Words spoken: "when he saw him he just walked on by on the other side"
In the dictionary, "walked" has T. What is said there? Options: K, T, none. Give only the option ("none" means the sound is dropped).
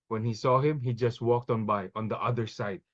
T